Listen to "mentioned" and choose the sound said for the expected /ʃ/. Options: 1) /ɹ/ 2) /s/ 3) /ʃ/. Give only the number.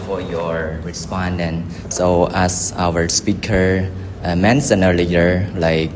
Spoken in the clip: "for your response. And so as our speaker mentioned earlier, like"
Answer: 2